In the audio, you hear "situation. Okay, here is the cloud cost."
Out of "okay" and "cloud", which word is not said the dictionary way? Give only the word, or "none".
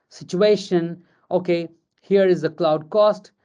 none